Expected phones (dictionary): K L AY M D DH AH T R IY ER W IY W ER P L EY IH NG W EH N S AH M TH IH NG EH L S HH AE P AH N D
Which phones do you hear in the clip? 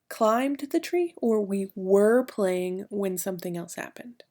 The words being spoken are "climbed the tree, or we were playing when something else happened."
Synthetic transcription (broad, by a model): K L AY M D DH AH T R IY ER W IY W ER P L EY IH NG W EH N S AH M TH IH NG EH L S HH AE P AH N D